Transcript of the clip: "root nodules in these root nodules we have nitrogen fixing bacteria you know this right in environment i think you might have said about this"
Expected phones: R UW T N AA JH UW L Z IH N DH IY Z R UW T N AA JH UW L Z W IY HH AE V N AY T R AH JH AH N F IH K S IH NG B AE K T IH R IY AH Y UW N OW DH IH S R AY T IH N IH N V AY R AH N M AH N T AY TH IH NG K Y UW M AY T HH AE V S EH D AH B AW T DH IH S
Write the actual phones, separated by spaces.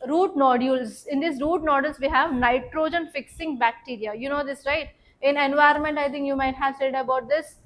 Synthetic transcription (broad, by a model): R UW T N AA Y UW L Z IH N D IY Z R UW T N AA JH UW L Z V IY HH AE V N AY T R AH JH AH N F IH K S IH NG B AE K T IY R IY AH Y UW N OW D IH S R AY T IH N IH N V AY AH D M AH N T AY T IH NG K Y UW M AY T HH AE V S EH D AH B AW T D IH S